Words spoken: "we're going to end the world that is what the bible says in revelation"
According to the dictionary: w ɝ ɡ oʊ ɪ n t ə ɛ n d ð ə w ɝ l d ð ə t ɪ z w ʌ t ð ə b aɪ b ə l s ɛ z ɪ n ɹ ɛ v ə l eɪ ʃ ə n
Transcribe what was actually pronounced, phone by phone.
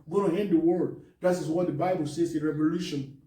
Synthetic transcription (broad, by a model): ɡ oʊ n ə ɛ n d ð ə w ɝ d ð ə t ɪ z w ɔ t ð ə b aɪ b ə l s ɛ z ɪ n ɹ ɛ v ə l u ʃ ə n